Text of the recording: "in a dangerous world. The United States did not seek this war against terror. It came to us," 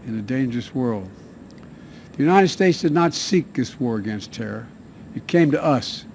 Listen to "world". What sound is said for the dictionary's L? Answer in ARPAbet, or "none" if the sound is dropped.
L